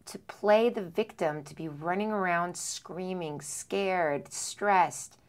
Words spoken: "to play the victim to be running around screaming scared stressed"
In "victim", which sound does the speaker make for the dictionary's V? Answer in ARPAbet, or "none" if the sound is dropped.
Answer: V